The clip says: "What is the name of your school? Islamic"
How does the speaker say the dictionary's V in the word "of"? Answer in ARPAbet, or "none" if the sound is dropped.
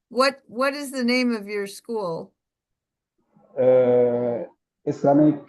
V